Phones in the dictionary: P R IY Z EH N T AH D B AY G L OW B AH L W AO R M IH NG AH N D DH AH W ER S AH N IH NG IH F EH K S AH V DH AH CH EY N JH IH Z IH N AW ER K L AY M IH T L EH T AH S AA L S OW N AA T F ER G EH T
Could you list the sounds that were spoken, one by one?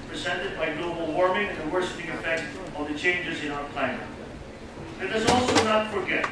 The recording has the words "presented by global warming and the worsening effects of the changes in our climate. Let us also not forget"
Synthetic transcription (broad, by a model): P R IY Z EH N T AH D B AY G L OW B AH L W AO R M IH NG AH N DH AH W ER SH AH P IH NG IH F EH K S AH V DH AH CH EY N JH IH Z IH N AW ER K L AY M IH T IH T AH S AA L S OW N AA T F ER G EH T